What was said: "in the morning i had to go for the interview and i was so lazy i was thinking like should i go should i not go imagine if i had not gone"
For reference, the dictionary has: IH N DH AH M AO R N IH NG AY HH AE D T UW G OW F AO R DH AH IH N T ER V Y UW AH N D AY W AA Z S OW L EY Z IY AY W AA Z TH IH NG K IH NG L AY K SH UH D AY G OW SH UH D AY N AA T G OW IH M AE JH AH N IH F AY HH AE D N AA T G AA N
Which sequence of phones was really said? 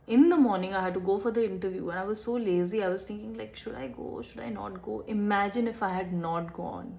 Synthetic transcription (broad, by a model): IH N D AH M AO R N IH NG AY HH AE D T UW G OW F AO R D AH IH N T ER V Y UW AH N AY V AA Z S OW L EY Z IY AY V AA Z T IH NG K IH NG L AY K SH UH D AY G OW SH UH D AY N AA T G OW IH M AE JH AH N IH F AY HH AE D N AA T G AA N